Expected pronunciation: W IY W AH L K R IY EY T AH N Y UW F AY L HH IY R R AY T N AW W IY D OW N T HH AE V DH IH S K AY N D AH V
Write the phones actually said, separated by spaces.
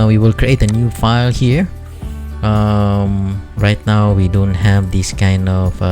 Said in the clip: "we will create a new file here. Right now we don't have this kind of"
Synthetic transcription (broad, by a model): W IY W AH L K R IY EY T AH N Y UW F AY L HH IY R R AY T N AW W IY D OW N T HH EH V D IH S K AY N D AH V